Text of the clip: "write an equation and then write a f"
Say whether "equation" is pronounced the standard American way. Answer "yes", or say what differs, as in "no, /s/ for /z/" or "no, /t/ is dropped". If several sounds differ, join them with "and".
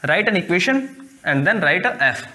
no, /ʃ/ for /ʒ/